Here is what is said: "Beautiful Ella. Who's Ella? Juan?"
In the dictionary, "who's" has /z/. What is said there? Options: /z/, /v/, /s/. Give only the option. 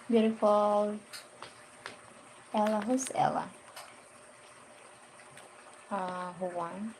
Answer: /s/